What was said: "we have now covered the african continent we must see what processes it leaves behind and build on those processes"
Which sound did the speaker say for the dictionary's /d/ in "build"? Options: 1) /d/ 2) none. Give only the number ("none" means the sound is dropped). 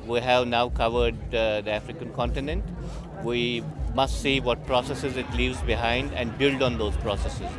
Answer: 1